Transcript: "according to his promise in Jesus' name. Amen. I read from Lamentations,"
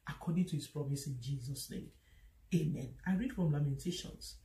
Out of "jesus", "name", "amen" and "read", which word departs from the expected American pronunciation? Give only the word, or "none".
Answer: none